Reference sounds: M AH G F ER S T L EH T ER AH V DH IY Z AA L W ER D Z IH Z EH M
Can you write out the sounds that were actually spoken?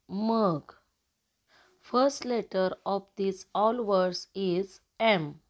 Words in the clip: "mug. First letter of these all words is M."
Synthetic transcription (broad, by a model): M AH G F ER S T L EH T ER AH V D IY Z AA L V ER D S IH Z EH M